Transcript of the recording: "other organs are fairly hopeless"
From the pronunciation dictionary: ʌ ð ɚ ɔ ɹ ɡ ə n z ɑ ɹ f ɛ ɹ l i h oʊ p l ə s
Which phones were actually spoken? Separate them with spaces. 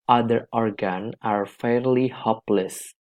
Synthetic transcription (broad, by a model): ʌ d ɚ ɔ ɹ ɡ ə n ɑ ɹ f ɛ ɹ l i h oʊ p l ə s